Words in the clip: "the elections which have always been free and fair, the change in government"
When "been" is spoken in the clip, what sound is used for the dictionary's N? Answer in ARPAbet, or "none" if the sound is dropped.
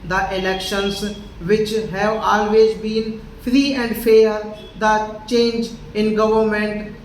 N